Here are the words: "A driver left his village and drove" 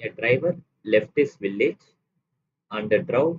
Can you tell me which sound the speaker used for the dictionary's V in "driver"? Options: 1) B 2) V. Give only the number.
2